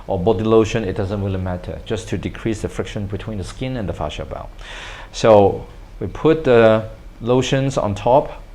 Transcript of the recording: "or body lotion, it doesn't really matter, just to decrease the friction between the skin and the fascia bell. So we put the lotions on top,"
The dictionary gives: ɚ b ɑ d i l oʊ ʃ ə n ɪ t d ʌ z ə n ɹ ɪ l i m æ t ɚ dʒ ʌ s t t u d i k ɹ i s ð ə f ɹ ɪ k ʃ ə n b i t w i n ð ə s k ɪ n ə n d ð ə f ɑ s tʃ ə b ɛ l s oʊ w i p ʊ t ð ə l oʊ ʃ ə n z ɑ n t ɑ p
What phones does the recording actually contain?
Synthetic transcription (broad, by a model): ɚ b ɑ d i l oʊ ʃ ə n ɪ t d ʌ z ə n w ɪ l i m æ t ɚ dʒ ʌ s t t u d i k ɹ i s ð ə f ɹ ɪ k ʃ ə n b i t w i n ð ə s k ɪ n ə n d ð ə f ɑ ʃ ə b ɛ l s oʊ w i p ʊ t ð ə l oʊ ʃ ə n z ɑ n t ɑ p